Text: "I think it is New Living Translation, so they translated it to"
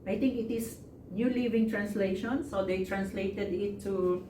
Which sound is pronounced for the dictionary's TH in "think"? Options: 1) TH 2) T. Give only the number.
2